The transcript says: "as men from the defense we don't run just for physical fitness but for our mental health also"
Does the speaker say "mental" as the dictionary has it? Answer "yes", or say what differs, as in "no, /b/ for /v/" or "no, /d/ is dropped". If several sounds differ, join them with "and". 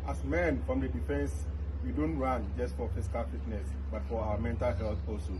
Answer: yes